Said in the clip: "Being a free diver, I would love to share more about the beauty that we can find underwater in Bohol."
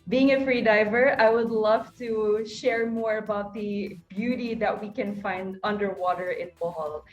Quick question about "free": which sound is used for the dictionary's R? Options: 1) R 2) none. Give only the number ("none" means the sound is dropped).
1